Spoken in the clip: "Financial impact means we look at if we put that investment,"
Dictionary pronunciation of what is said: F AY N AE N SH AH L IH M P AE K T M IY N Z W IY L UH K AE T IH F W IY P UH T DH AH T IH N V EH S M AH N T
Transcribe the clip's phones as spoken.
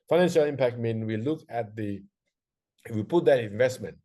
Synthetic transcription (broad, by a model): F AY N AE N SH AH L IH M P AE K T M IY N W IY L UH K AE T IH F W IY P UH T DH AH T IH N V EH S M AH N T